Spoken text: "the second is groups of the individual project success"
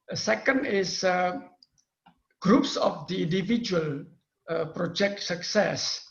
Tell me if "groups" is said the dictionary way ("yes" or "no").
yes